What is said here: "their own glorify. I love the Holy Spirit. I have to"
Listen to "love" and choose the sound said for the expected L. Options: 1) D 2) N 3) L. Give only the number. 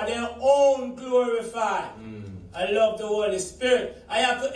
3